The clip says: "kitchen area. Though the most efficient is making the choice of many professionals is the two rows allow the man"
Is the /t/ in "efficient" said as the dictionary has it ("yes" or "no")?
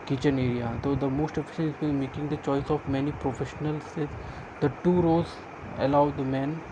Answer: no